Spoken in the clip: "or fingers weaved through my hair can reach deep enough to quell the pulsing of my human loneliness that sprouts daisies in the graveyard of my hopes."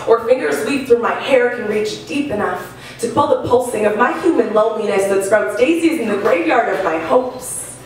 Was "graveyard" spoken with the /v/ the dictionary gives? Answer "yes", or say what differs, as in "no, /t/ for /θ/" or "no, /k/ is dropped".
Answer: yes